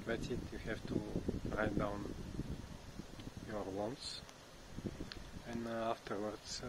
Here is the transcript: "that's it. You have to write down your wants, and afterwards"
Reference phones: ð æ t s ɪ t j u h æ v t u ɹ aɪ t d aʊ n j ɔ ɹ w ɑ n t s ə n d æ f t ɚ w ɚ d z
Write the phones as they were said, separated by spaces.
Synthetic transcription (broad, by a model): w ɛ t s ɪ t j u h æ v t u ɹ aɪ t d aʊ n j ɔ ɹ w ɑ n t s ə n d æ f t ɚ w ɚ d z